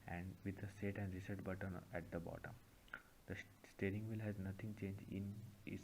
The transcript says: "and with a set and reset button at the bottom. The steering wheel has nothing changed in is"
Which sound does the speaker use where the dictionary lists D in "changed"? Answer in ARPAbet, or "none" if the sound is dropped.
none